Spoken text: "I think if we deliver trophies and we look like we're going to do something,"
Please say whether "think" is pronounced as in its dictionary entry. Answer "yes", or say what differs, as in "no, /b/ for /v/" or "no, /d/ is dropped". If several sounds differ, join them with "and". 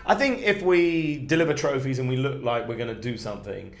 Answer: yes